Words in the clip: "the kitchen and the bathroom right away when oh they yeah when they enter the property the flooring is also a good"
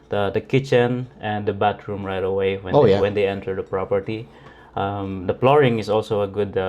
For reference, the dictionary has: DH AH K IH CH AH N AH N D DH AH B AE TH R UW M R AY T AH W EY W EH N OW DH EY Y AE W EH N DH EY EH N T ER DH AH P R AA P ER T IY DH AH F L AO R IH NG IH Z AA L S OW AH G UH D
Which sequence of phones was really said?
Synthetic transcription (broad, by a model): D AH K IH CH AH N AH N D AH B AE T R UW M R AY T AH W EY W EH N OW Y W EH N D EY EH N T ER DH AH P R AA P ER T IY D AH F L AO R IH NG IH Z AA L S OW AH G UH D